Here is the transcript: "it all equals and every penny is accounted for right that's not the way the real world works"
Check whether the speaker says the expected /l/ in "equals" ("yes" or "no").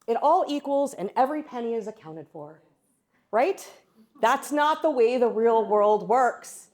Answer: yes